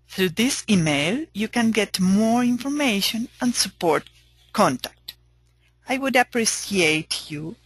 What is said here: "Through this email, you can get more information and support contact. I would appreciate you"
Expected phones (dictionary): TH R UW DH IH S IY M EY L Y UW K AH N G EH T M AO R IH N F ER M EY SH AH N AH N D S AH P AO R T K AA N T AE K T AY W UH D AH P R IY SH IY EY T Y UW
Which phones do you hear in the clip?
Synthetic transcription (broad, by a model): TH R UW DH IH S IY M EY L Y UW K AH N G EH T M AO R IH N F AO M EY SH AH N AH N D S AH P AO R T K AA N T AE K T AY W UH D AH P R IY S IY EY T Y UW